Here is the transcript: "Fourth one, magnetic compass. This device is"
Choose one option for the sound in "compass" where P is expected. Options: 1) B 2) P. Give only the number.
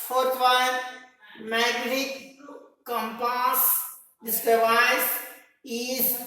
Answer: 2